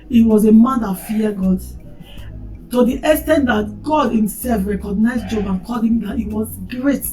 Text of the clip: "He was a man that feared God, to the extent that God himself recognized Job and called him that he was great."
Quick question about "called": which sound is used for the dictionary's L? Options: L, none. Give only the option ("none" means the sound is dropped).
none